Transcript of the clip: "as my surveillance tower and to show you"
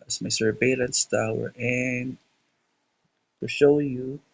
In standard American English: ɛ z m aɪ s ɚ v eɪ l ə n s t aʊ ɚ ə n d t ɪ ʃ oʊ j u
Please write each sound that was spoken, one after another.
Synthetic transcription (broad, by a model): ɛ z m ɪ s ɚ b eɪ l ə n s t aʊ ɚ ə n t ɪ ʃ oʊ j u